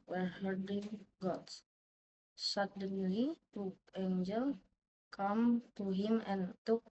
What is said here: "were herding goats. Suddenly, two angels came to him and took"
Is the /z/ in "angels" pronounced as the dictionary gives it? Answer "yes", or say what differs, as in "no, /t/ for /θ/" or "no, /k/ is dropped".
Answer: no, /z/ is dropped